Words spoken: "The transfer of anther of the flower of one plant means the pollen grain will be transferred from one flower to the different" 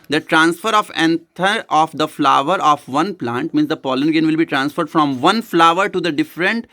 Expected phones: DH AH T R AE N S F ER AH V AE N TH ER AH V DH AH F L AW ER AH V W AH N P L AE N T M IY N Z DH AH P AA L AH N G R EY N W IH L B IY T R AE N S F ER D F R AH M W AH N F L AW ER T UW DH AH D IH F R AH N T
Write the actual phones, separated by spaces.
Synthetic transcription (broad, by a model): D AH T R AE N S F ER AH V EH N T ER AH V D AH F L AW ER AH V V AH N P L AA N T M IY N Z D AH P AA L AH N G EY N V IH L B IY T R AE N S F ER D F R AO M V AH N F L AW ER T UW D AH D IH F R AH N T